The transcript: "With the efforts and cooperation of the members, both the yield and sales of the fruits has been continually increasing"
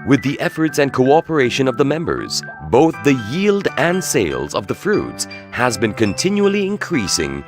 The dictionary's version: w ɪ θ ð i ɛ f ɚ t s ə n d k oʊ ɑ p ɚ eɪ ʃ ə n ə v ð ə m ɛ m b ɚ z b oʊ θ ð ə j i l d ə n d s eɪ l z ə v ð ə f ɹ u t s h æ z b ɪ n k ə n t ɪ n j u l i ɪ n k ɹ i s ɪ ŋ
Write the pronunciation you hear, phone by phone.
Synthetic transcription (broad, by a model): w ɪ ð i ɛ f ɚ t s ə n k oʊ ɑ p ɚ eɪ ʃ ə n ə v ð ə m ɛ m b ɚ z b oʊ θ ð ə j i l d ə n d s eɪ l z ə v ð ə f ɹ u t s h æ z b ɪ n k ə n t ɪ n j u l i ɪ n k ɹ i s ɪ ŋ